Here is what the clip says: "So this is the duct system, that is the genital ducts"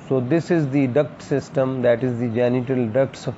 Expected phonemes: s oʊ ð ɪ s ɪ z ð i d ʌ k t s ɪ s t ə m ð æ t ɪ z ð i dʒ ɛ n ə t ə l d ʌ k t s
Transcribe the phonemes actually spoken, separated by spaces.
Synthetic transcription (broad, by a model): s oʊ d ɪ s ɪ z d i d ʌ k t s ɪ s t ə m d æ t ɪ z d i dʒ ɛ n ə t ə l d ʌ k t s